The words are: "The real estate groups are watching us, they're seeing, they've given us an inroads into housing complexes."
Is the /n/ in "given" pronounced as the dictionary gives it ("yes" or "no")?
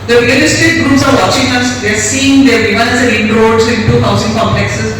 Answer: no